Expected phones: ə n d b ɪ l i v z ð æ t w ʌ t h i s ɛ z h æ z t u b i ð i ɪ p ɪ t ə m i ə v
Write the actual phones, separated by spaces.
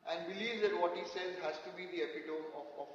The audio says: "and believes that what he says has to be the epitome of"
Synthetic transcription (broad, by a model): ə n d b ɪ l i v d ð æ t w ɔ t h i s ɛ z h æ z t u b i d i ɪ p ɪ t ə i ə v